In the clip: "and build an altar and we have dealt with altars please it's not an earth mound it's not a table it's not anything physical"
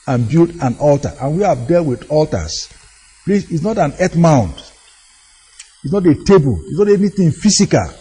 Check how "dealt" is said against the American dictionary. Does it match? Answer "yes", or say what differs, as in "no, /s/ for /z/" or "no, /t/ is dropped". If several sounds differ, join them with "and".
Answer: yes